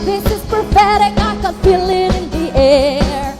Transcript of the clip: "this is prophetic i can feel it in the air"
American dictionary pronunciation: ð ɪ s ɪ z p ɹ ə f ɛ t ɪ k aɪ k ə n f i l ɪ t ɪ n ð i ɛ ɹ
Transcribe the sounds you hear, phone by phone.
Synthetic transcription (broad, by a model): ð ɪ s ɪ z p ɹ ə p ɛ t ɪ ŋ aɪ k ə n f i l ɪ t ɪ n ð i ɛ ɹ